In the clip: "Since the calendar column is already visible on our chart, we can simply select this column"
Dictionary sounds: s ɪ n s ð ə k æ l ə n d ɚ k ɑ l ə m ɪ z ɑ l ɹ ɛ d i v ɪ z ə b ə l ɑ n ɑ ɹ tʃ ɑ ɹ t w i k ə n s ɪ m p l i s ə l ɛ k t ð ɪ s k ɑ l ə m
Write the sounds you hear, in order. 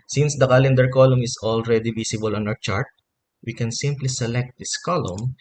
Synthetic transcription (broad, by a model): s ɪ n s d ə k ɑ l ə n d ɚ k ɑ l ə m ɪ s ɑ l ɹ ɛ d i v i s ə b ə l ɑ n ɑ w tʃ ɑ ɹ t w i k ə n s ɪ m p l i s ə l ɛ k t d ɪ s k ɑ l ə m